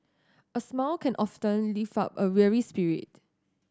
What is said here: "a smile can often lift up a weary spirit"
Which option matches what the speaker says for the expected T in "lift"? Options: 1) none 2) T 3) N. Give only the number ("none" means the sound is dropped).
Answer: 1